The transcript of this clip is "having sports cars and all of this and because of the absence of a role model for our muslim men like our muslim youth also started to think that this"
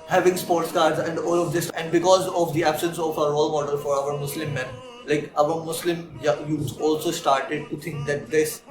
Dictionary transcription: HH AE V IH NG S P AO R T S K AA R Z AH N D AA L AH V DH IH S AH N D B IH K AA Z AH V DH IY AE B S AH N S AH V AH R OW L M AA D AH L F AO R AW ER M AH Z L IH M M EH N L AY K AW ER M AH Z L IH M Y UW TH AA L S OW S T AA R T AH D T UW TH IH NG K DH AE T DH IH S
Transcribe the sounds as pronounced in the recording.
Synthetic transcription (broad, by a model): HH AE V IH NG S P AO R T S K AA R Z AH N D AA L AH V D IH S AH N D B IH K AA Z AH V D IY AE B S AH N S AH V AH R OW L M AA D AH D F AO R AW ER M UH S L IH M M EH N L AY K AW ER M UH S L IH M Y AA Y AA L S OW S T AA R T AH D T UW T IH NG K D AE T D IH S